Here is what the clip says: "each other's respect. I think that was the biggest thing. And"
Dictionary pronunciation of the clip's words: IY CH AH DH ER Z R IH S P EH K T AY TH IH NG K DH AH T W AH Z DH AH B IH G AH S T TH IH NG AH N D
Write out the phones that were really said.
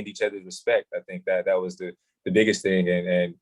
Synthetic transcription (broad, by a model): IY CH AH DH ER Z R IH S P EH K T AY TH IH NG K DH AH T W AH Z DH AH B IH G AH S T TH IH NG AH N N